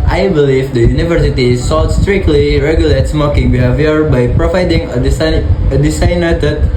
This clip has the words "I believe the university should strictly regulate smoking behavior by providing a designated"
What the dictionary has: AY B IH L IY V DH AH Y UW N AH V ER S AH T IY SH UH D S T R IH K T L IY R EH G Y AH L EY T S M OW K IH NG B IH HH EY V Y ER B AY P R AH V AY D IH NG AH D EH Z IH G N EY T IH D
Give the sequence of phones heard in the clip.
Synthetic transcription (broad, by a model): AY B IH L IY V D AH Y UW N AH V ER S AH T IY S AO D S T R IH K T L IY R EH G Y AH L EY T S M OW K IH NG B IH HH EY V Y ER B AY P R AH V AY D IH NG AH D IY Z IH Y N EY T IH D